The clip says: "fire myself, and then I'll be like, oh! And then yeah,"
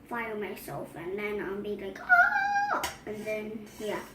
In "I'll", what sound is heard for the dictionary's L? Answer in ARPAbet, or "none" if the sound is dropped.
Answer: N